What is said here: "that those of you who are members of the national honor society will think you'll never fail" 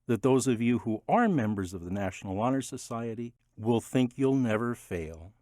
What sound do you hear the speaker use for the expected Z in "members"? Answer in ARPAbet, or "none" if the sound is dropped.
Z